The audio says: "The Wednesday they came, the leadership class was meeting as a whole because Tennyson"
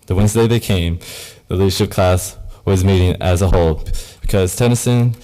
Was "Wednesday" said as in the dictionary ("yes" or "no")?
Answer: yes